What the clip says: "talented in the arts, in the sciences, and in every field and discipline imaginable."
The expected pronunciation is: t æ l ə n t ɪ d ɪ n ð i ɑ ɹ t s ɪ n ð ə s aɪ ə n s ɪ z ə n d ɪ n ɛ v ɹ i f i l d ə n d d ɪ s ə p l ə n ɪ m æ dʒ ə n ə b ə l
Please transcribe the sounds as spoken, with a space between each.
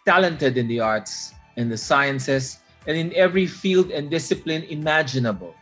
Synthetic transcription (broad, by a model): t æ l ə n t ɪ d ɪ n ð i ɑ ɹ t s ɪ n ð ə s aɪ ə n s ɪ s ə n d ɪ n ɛ v ɹ i f i l d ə n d d ɪ s ə p l ə n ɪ m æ dʒ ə n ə b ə l